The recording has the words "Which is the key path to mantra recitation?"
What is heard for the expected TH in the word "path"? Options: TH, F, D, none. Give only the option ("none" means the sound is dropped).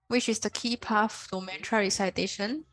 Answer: F